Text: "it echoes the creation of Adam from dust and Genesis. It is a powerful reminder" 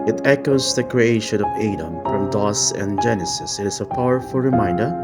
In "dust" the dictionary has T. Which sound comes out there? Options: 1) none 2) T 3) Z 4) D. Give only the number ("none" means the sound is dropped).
1